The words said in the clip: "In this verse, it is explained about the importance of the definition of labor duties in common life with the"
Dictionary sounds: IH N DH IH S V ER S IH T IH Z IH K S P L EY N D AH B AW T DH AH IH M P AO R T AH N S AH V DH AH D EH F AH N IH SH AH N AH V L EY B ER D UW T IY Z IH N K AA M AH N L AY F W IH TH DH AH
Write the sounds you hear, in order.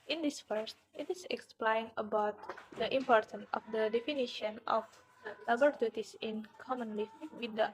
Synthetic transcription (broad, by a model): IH N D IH S F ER S IH T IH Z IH K S P L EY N AH B AW T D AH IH M P AO R T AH N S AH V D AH D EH F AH N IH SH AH N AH F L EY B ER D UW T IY S IH N K AA M AH N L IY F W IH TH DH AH